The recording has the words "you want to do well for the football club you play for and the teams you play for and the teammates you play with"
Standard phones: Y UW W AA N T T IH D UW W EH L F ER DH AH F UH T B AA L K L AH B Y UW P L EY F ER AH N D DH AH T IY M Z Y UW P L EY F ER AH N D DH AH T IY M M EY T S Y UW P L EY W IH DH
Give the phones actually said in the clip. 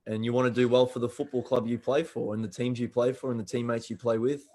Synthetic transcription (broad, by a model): Y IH W AA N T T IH D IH W EH L F ER DH AH F UH T B AA L K L AH B Y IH P L EY F ER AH N DH AH T IY M Z Y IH P L EY F ER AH N DH AH T IY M M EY T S Y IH P L EY W IH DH